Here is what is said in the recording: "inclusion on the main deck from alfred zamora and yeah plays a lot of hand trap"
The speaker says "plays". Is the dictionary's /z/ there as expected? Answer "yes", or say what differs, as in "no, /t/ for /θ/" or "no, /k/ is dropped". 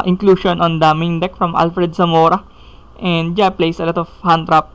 no, /s/ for /z/